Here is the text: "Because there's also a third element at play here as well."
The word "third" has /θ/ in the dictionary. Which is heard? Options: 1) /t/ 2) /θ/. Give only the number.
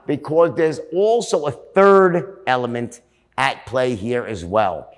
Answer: 2